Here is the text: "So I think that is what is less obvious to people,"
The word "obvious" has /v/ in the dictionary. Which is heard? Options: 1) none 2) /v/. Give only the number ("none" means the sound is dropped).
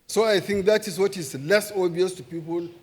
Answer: 1